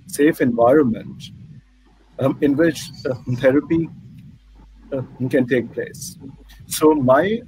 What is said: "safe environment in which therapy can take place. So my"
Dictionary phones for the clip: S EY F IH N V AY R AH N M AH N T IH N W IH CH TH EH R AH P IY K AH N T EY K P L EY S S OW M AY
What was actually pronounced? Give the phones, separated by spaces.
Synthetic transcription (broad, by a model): S EY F IH N V AY R AH N M AH N T IH N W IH CH T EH R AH P IY K AH N T EY K P L EY S S OW M AY